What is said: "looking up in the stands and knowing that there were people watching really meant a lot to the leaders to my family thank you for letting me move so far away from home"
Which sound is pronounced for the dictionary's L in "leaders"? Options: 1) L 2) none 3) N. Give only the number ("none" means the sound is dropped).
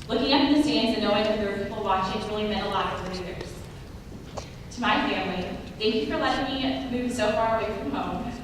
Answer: 3